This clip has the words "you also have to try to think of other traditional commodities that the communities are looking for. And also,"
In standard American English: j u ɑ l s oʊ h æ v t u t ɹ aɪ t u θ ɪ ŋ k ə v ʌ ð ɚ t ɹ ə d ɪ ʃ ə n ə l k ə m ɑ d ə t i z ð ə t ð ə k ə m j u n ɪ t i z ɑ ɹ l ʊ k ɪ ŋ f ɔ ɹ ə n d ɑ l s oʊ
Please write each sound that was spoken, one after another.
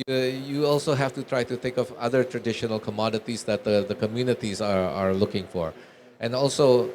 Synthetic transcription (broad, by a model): j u ɑ l s oʊ h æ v t u t ɹ aɪ t u θ ɪ ŋ k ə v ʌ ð ɚ t ɹ ə d ɪ ʃ ə n ə l k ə m ɑ d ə t i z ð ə t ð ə k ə m j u n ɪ t i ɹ ɑ ɹ l ʊ k ɪ ŋ f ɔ ɹ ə n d ɑ l s oʊ